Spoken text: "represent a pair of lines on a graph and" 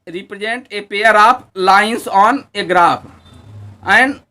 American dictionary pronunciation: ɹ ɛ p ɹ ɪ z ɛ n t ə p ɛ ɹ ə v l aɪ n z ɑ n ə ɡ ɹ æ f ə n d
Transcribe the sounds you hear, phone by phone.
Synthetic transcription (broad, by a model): ɹ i p ɹ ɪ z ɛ n t ə p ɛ ɹ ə p l aɪ n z ɑ n ə ɡ ɹ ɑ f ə n d